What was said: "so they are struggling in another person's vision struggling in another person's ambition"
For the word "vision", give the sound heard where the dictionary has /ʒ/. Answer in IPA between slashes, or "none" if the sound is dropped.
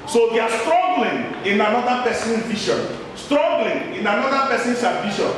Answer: /ʃ/